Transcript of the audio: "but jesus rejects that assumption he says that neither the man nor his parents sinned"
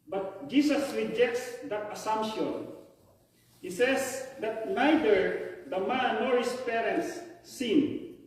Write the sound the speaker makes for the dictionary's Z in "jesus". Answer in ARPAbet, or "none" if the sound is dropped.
S